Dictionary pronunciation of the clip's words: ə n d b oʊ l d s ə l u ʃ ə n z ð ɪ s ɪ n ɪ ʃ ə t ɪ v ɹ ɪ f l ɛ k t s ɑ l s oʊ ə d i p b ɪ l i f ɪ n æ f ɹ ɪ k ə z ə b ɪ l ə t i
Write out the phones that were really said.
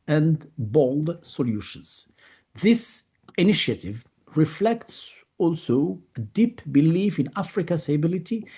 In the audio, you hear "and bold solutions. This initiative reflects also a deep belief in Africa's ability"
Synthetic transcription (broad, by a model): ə n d b oʊ l d s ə l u ʃ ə n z ð ɪ s ɪ n ɪ ʃ ə t ɪ v ɹ ɪ f l ɛ k t s ɑ l s oʊ ə d i p b ɪ l i f ɪ n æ f ɹ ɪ k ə s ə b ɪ l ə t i